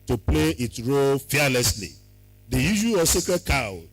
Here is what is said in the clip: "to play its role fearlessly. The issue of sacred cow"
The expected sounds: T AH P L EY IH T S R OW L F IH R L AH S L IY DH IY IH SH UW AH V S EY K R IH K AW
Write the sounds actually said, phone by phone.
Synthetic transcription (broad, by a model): T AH P L EY IH T S R OW L F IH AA L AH S L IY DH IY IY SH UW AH S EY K IH K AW